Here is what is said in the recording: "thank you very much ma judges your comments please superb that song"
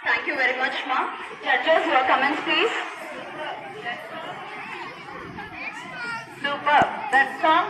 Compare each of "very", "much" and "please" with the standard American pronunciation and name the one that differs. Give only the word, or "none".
none